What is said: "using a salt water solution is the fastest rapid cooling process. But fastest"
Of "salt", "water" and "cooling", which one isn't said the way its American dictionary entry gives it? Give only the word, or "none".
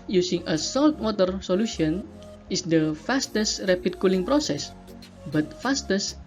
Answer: none